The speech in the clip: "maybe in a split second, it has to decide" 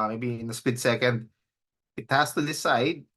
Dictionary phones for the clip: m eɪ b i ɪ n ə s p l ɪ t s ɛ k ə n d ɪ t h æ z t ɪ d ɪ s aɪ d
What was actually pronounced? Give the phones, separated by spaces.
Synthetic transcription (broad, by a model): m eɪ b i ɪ n ə s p ɪ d s ɛ k ə n d ɪ t h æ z t ɪ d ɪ s aɪ d